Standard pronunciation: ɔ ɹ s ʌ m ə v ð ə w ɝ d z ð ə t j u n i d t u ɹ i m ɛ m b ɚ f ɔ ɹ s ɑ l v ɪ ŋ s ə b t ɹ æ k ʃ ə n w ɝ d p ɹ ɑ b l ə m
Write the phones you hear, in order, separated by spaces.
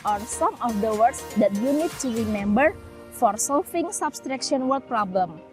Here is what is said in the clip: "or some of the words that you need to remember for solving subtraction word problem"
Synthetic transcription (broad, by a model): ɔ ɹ s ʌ m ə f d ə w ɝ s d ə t j u n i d t u ɹ i m ɛ m b ɚ f ɔ ɹ s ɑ l f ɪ ŋ s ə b t ɹ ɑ k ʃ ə n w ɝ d p ɹ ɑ b l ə m